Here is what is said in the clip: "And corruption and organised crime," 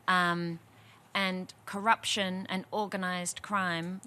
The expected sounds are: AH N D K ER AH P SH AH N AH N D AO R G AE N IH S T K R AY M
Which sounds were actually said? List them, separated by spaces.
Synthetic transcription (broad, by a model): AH N K ER AH P SH AH N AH N AO R G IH N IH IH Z K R AY M